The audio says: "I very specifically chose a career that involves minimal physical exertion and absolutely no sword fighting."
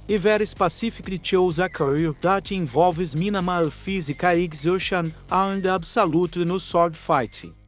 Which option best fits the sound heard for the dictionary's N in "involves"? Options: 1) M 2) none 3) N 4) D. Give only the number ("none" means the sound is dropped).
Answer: 2